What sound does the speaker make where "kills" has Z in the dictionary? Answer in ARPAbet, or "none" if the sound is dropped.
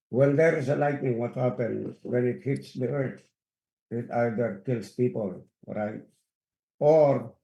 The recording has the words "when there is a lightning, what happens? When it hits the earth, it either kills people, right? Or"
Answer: S